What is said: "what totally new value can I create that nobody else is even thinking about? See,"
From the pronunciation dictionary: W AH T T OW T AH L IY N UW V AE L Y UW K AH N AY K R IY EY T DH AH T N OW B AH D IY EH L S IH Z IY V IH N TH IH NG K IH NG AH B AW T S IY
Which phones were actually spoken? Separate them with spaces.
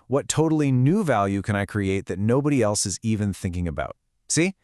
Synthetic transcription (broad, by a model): W AH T T OW T L IY N UW V AE L Y UW K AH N AY K R IY EY T DH AH T N OW B AH D IY EH L S IH Z IY V IH N TH IH NG K IH NG AH B AW T S IY